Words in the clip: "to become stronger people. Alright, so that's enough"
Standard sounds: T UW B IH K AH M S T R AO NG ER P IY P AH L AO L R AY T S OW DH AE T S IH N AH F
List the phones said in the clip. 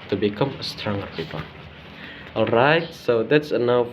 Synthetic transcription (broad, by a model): T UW B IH K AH M S T R AO NG ER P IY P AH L AO L R AY T S OW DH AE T S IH N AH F